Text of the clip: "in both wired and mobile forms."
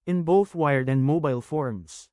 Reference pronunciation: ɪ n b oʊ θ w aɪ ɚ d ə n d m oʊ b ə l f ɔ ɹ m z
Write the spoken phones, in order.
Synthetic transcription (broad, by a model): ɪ n b oʊ θ w aɪ ɚ d ə n d m oʊ b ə l f ɔ ɹ m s